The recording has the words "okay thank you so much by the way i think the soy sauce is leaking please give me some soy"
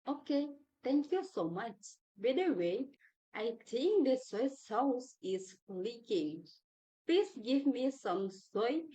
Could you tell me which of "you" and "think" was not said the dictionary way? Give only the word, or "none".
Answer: think